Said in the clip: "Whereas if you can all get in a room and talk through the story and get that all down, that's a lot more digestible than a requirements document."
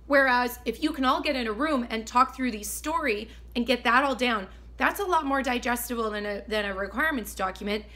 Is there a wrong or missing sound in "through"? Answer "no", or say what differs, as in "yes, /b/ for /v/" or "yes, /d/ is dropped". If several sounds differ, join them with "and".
no